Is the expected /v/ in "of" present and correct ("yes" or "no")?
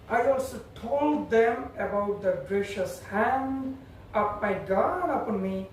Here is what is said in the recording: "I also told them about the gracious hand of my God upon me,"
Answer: no